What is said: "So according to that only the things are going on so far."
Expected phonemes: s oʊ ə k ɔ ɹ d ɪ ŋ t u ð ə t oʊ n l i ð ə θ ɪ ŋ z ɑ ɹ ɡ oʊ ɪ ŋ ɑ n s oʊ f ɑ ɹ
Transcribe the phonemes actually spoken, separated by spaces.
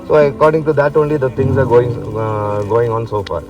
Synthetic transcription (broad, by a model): s oʊ ə k ɔ ɹ d ɪ ŋ t u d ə t oʊ n l i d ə t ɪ ŋ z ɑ ɹ ɡ oʊ ɪ ŋ ɑ n s oʊ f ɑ ɹ